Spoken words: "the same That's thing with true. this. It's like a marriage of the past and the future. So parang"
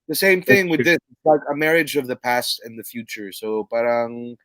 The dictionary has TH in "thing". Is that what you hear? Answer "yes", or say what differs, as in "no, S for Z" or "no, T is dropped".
yes